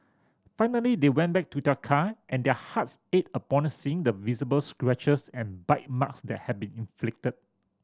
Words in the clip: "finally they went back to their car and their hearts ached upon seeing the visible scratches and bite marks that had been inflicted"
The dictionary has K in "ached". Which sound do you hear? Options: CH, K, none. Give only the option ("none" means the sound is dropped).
none